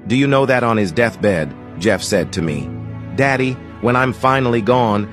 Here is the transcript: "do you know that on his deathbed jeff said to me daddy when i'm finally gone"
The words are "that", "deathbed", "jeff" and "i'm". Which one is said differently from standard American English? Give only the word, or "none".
none